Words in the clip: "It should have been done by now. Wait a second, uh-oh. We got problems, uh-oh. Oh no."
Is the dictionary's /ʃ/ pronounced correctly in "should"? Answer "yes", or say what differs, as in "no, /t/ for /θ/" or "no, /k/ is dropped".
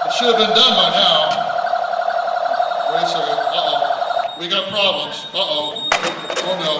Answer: yes